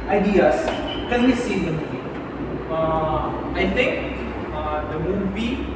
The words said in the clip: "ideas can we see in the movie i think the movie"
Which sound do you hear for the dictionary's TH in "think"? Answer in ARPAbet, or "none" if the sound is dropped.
T